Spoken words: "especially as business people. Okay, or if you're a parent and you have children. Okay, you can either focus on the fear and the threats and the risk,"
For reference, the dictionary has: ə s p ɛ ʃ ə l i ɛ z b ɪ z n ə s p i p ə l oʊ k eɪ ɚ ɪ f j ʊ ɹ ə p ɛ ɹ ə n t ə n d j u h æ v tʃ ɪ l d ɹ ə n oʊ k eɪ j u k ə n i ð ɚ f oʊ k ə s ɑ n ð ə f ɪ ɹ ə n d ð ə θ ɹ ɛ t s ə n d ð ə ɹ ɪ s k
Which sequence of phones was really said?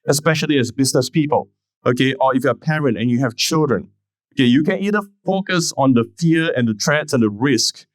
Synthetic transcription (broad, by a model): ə s p ɛ ʃ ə l i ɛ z b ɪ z n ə s p i p ə l oʊ k eɪ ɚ ɪ f j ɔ ə p ɛ ɹ ə n t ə n j u h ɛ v tʃ ɪ l d ɹ ə n oʊ k eɪ j u k ə n i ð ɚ f oʊ k ə s ɑ n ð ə f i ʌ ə n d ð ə t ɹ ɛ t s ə n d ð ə ɹ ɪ s k